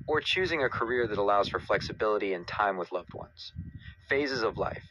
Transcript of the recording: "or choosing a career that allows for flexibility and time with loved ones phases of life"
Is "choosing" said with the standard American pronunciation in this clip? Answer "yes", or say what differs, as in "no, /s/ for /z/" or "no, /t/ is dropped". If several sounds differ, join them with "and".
yes